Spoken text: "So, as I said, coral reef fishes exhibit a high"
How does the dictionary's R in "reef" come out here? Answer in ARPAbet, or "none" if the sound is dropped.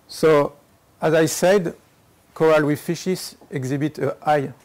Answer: W